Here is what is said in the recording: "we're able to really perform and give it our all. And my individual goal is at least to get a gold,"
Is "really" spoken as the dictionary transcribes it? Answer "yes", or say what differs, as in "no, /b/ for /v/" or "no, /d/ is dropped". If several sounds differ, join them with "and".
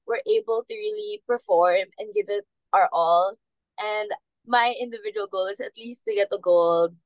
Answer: yes